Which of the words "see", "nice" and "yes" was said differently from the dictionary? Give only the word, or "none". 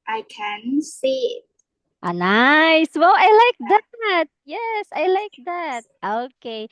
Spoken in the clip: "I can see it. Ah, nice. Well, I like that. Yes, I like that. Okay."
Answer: none